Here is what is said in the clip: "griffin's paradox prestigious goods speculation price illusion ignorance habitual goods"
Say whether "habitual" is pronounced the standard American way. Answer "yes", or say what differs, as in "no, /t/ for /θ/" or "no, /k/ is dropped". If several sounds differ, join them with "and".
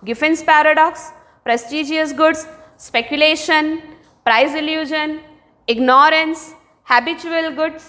yes